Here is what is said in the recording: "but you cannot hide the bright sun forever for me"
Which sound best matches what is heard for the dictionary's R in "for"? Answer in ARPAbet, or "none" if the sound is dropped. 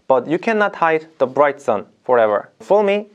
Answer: L